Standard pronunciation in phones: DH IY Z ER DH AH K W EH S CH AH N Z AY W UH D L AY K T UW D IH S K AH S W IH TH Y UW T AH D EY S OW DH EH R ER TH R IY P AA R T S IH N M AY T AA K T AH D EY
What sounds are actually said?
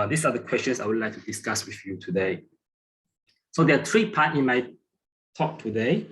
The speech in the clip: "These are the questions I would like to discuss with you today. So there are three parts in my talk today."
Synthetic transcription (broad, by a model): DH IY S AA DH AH K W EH S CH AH N S AY W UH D L AY K T UW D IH S K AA S W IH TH Y UW T AH D EY S OW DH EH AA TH R IY P AA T IH N M AY T AA K T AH D EY